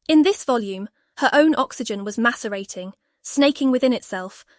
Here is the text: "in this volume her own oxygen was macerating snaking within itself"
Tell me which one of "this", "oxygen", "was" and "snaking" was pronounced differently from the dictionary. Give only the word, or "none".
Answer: none